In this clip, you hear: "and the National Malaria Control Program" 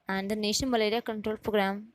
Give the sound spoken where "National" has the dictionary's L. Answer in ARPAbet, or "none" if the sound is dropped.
N